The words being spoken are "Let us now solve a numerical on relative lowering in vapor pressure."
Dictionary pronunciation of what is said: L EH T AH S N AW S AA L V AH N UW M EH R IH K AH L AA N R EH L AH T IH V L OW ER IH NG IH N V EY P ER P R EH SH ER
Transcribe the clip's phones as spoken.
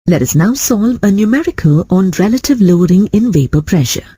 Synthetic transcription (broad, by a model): L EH T AH S N AW S AA L V AH N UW M EH R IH K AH L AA N R EH L AH T IH V L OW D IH NG IH N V EY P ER P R EH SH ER